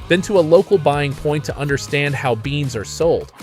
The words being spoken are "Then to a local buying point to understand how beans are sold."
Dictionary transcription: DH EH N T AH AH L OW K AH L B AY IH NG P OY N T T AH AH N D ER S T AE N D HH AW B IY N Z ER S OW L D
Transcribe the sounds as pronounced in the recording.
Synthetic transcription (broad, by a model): DH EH N T AH AH L OW K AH L B AY IH NG P OY N T T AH AH N D ER S T AE N D HH AW B IY N Z ER S OW L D